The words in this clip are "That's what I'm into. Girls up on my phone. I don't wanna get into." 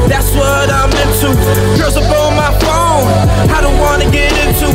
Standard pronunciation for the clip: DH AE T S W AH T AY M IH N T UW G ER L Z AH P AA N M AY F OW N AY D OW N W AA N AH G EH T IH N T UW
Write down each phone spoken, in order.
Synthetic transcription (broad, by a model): DH AE T S W AH T AY M IH N T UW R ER Z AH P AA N M AY F OW N AY D OW N W AA N AH G EH T IH N T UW